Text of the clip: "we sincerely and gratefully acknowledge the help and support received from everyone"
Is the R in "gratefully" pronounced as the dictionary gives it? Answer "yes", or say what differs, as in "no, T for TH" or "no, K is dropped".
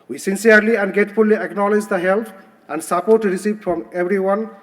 no, R is dropped